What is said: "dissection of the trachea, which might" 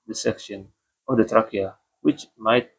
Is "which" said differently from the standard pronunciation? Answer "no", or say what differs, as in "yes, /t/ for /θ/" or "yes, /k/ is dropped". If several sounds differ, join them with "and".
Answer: no